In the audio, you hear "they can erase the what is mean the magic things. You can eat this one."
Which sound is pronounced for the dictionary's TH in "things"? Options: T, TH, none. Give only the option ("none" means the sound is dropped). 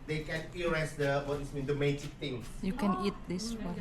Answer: T